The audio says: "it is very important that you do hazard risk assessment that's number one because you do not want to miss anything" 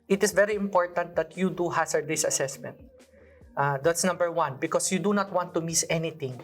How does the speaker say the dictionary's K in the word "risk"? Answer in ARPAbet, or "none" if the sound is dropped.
none